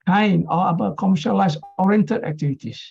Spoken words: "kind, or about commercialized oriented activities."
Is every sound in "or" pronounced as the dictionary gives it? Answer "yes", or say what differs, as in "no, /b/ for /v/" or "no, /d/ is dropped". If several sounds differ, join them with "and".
no, /l/ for /ɹ/